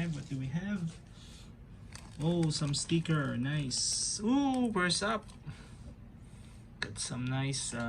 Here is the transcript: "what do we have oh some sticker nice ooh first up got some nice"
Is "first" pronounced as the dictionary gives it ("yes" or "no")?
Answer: no